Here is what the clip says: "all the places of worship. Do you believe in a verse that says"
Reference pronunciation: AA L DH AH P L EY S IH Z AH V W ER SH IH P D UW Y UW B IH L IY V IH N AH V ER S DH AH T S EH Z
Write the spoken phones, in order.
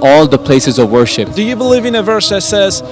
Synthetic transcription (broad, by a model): AA L DH AH P L EY S IH Z AH V W ER SH IH P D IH Y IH B IH L IY V IH N AH V ER S DH AH T S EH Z